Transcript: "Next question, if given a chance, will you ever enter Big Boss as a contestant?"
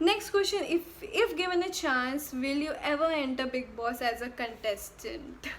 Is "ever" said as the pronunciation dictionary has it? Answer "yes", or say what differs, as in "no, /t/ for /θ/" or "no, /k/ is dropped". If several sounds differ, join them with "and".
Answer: yes